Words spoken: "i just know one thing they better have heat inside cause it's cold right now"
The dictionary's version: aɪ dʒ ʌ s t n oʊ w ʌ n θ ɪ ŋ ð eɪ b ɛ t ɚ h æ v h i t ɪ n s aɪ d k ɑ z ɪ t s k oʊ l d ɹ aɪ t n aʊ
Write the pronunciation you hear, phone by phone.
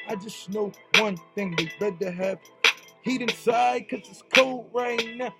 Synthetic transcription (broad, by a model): aɪ dʒ ʌ s n oʊ w ʌ n θ ɪ ŋ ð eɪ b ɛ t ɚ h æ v h i t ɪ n s aɪ d k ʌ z ɪ t s k oʊ l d ɹ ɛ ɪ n